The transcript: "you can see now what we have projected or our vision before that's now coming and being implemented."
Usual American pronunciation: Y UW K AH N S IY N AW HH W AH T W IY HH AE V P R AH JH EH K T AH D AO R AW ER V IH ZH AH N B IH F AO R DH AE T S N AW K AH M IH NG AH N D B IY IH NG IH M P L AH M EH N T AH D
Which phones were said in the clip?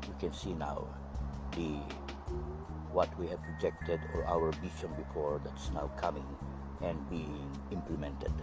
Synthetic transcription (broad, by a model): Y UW K AH N S IY N AW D W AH T W IY HH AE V P R AH JH EH K T AH D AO R AW ER B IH SH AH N B IH F AO R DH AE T S N AW K AH M IH NG AH N D B IY IH NG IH M P L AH M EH N T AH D